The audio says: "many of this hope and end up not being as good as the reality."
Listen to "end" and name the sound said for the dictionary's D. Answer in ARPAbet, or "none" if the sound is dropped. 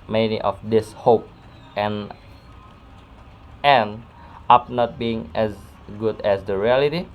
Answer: none